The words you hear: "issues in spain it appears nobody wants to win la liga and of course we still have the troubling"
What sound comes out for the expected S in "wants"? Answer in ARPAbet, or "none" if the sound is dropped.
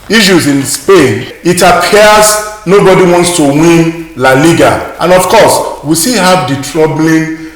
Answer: S